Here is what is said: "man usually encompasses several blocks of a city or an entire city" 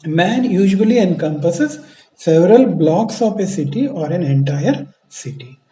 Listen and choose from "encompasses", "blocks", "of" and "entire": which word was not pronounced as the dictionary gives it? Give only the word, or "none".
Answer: of